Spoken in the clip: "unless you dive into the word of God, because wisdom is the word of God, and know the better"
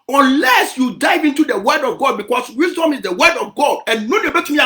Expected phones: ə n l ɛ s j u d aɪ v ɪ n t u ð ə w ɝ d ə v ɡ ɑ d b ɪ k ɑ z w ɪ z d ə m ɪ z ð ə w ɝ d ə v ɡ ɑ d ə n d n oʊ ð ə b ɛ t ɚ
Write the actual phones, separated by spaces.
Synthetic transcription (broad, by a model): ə n l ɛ s j u d aɪ v ɪ n t u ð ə w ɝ d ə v ɡ ɑ d b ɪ k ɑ s w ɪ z d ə m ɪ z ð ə w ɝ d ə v ɡ ɑ d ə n n oʊ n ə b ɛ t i